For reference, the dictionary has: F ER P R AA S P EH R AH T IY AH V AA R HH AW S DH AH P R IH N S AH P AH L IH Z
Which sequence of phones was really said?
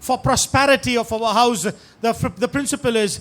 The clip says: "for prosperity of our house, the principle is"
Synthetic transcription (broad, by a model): F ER P R AA S P EH R AH T IY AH F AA W HH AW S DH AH P R IH N S AH P AH L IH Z